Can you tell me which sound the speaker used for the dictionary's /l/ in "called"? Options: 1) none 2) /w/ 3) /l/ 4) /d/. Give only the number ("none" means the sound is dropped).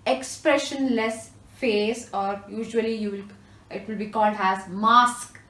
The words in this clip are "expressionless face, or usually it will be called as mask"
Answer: 3